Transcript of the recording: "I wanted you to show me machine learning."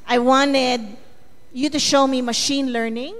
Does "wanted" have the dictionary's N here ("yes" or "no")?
yes